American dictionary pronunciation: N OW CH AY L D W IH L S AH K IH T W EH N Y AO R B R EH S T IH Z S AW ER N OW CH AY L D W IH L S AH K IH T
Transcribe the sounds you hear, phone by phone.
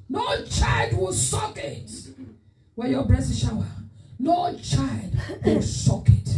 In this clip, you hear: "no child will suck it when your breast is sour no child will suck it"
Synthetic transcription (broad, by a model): N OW CH AY L D W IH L S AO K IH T W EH Y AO B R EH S IH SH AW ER N OW CH AY L D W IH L S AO K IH T